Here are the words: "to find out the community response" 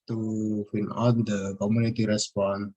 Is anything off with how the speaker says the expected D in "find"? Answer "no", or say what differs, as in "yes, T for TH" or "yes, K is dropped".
yes, D is dropped